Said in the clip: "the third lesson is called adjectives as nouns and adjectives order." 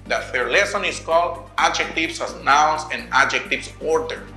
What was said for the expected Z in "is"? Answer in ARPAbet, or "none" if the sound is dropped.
S